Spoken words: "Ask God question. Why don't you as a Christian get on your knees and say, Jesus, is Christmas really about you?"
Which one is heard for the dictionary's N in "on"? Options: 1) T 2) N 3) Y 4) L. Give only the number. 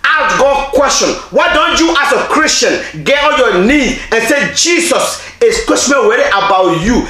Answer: 4